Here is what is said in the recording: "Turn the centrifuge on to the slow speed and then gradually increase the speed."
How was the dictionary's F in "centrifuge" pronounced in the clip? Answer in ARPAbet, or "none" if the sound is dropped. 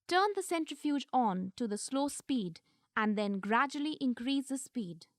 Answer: F